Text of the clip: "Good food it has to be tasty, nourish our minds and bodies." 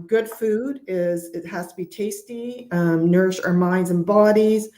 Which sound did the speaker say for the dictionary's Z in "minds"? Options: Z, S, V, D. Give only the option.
Z